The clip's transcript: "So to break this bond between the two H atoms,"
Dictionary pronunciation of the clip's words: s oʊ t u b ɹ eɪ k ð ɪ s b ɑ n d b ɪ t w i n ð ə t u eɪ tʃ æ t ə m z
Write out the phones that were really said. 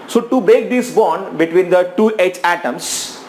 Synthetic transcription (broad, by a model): s oʊ t u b eɪ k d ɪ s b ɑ n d b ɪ t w i n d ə t u eɪ tʃ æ t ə m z